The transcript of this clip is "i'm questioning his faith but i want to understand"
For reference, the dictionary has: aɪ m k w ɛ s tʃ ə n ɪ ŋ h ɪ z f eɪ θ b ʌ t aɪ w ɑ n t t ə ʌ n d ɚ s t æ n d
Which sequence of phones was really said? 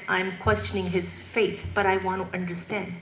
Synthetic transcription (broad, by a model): aɪ m k w ɛ s tʃ ə n ɪ ŋ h ɪ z f eɪ θ b ʌ t aɪ w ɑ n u t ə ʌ n d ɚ s t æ n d